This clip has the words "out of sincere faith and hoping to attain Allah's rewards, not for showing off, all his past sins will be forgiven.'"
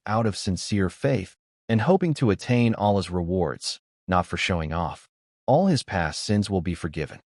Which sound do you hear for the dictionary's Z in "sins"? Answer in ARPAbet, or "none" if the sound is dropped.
Z